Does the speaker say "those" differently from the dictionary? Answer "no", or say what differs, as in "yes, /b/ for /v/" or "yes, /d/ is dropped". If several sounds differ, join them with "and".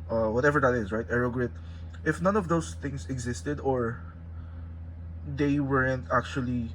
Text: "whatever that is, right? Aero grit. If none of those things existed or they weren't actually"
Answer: yes, /s/ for /z/